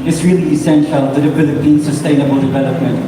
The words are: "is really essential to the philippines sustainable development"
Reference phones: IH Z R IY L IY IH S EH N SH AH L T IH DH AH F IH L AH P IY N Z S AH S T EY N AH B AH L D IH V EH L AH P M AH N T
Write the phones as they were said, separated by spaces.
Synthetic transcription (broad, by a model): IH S R IY L IY IH S EH N SH AH L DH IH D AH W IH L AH B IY N S AH S T EY N AH B AH L D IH V EH L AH P M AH N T